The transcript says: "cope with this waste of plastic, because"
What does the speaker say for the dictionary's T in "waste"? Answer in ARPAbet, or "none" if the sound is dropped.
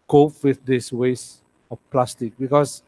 none